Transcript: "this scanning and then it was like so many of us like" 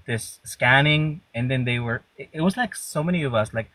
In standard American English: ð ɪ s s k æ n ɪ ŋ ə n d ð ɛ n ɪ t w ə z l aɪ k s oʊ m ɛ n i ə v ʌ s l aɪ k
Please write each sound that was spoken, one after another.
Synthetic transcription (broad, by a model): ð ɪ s s k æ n ɪ ŋ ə n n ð ɛ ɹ ɪ t w ə z l aɪ k s oʊ m ɛ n i ə v ʌ s l aɪ k